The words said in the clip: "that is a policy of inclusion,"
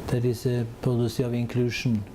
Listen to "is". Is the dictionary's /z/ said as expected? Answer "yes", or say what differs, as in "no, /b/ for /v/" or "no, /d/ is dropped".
no, /s/ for /z/